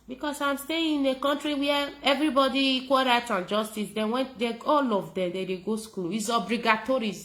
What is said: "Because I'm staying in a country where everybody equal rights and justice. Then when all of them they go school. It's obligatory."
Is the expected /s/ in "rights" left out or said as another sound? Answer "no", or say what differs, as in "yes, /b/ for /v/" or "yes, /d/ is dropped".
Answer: yes, /s/ is dropped